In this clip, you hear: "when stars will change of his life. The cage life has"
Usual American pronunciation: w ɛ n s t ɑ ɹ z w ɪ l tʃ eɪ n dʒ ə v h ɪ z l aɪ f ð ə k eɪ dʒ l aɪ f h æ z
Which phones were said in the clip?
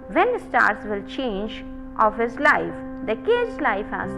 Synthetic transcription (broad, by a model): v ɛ n s t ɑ ɹ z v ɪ l tʃ eɪ n dʒ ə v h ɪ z l aɪ f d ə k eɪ z l aɪ f h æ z